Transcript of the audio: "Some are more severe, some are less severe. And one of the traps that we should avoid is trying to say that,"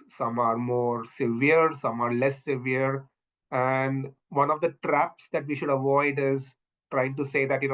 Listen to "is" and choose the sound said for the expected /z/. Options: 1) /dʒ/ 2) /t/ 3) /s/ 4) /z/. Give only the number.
4